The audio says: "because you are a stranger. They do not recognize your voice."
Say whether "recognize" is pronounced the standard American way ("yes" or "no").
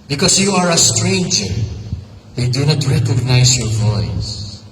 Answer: no